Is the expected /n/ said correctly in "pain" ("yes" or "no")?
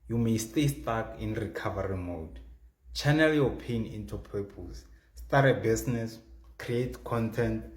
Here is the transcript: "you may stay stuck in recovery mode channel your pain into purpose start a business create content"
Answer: yes